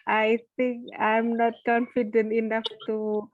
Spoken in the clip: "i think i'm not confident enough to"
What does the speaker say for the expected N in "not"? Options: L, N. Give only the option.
N